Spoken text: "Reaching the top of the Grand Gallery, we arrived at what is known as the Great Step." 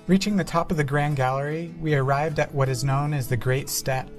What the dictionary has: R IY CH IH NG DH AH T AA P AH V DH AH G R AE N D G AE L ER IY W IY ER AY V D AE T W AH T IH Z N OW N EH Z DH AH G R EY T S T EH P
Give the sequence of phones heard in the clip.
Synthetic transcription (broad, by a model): R IY CH IH NG DH AH T AA P AH V DH AH G R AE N G AE L ER IY W IY ER AY V D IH T W AH T IH Z N OW N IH Z DH AH G R EY T S T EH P